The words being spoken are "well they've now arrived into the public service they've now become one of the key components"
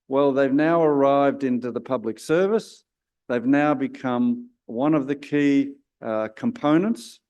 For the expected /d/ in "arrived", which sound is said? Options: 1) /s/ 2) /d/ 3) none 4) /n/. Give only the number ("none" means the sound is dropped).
2